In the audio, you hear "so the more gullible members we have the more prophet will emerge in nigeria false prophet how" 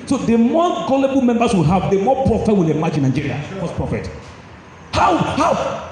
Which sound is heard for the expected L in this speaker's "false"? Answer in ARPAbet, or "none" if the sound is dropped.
none